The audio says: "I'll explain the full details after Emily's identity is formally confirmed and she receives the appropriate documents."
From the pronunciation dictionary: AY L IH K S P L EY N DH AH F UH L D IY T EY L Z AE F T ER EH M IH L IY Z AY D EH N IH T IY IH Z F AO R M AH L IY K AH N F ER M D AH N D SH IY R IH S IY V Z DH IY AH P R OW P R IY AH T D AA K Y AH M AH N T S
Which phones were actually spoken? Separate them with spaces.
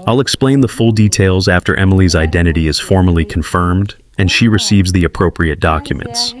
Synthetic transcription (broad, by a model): AY L IH K S P L EY N DH AH F UH L D IY T EY L Z AE F T ER EH M IH L IY Z AY D EH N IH T IY IH Z F AO R M AH L IY K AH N F ER M D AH N SH IY R IH S IY V Z DH IY AH P R OW P R IY AH T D AA K Y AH M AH N T S